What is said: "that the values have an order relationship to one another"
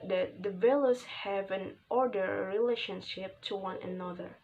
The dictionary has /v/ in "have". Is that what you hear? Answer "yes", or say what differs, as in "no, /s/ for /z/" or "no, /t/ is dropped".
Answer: yes